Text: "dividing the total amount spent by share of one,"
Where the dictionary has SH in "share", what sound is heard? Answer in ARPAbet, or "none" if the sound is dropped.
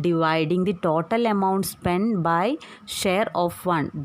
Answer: SH